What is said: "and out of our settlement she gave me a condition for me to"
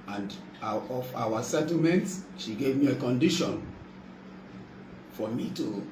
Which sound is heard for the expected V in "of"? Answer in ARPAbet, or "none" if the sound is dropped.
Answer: W